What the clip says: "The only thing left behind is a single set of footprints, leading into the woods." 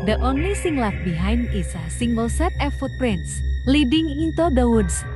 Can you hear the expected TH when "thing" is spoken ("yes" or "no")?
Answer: no